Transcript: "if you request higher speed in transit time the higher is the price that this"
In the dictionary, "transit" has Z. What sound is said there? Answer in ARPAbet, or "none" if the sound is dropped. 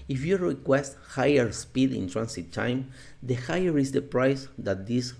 S